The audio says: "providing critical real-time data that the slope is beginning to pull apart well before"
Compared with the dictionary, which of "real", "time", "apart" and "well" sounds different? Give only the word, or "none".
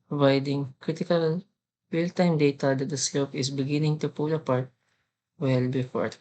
real